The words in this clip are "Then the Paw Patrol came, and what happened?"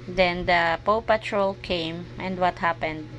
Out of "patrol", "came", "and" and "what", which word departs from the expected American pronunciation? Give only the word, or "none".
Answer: none